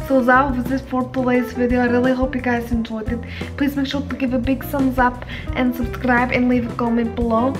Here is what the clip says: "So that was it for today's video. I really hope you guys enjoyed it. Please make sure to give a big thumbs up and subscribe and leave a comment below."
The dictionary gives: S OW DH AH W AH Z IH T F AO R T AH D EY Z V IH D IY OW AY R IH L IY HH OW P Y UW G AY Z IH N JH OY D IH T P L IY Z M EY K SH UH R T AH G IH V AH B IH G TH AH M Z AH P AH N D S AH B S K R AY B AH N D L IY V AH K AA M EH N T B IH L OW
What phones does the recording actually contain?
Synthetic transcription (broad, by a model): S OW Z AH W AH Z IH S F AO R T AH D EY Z V IH D IY OW AY R IH L IY HH OW P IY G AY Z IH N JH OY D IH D P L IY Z M EY K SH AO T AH G IH V AH B IH G S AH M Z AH P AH N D S AH B S K R AY B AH N L IY V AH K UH M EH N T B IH L OW